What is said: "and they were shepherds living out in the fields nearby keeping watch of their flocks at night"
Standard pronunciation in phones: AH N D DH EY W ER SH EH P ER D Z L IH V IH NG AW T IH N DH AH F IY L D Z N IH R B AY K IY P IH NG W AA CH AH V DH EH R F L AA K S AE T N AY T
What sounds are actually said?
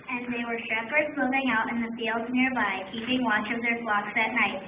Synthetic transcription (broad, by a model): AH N DH EY W ER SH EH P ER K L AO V IH NG AW T IH N DH AH F IY L D Z N IH R B AY K IY P IH NG W AA CH AH V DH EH R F L AA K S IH T N AY T